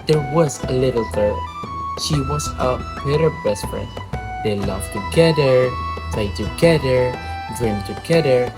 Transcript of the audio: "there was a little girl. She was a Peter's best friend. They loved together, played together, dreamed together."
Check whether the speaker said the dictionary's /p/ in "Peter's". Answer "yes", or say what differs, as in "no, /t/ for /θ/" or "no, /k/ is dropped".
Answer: no, /b/ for /p/